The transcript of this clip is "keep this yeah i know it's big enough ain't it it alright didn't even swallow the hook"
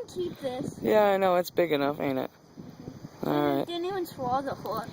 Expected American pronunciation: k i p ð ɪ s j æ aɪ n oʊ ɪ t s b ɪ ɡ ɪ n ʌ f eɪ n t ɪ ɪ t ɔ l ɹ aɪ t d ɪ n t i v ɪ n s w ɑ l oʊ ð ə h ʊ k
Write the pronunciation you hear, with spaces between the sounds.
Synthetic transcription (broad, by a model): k i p ð ɪ s j æ aɪ n oʊ ɪ t s b ɪ ɡ ɪ n ʌ f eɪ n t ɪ ɪ t ɔ l ɹ aɪ t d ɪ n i w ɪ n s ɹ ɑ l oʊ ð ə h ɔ